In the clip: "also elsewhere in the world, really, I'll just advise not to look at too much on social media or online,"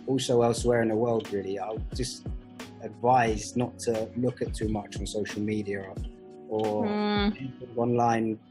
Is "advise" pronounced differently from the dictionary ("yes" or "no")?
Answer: no